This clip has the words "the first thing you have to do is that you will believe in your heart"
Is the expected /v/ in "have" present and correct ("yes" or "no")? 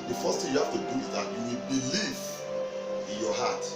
no